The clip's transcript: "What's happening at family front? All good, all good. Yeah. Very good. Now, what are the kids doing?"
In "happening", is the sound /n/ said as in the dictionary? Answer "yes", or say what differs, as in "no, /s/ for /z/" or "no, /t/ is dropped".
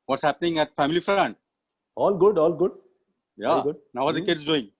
yes